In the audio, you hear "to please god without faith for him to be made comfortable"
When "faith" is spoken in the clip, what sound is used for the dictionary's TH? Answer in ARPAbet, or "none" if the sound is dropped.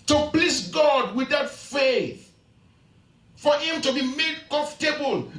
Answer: TH